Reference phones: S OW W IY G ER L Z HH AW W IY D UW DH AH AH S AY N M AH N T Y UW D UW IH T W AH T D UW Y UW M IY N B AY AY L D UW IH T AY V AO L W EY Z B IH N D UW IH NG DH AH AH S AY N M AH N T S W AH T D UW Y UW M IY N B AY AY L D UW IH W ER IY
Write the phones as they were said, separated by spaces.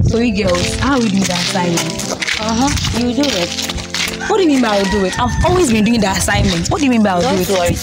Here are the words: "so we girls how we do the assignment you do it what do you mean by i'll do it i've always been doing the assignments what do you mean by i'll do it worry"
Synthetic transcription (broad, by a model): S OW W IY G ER Z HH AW W IY D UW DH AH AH S AY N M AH N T Y UW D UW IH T W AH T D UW Y UW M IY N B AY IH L D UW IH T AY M AO L W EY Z B IH N D UW IH NG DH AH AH S AY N M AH N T W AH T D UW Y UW M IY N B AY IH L D UW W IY